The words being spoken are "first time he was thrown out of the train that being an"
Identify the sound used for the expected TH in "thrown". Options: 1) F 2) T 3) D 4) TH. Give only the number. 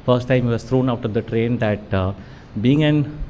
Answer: 2